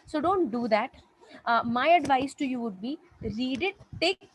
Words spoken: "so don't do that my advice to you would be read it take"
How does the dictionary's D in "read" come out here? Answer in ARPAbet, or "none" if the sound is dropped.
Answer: D